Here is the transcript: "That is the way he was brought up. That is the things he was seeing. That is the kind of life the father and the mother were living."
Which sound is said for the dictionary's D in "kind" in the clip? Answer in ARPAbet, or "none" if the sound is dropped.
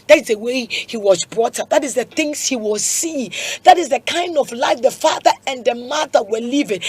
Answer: D